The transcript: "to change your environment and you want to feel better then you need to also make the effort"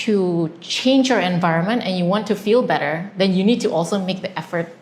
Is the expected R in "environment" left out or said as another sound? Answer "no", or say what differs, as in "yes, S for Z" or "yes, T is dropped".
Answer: no